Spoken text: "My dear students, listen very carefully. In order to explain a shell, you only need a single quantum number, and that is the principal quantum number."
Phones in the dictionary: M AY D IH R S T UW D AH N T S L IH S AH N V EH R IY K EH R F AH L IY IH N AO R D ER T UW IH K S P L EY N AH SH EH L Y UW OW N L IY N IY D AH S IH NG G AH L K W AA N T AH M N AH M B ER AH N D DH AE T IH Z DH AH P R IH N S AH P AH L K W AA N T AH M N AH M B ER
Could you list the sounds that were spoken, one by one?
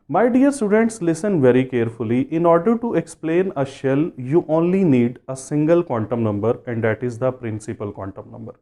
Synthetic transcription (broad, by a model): M AY D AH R S T UW D AH N T S L IH S AH N V EH R IY K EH R F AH L IY IH N AO R D ER T UW IH K S P L EY N AH SH EH L Y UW OW N L IY N IY D AH S IH NG G AH L K W AA N T AH M N AH M B ER AH N D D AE T IH Z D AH P R IH N S AH P AH L K W AA N T AH M N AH M B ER